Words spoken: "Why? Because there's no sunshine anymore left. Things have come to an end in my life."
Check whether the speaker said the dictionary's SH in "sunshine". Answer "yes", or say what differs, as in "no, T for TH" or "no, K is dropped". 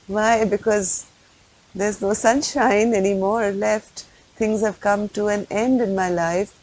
yes